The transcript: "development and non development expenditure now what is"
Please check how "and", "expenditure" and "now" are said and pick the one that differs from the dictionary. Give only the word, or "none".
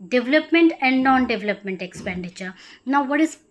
none